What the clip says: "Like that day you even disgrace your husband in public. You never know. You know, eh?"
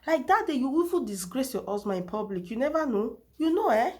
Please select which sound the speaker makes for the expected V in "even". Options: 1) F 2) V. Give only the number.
1